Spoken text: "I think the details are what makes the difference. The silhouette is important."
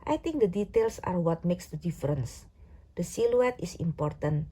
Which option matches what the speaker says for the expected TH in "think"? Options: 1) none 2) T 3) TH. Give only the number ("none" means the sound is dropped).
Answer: 2